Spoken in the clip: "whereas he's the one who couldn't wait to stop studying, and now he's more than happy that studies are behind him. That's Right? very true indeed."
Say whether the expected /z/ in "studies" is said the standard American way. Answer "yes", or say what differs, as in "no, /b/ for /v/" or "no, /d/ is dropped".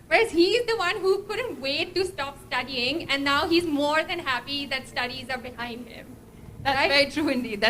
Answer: yes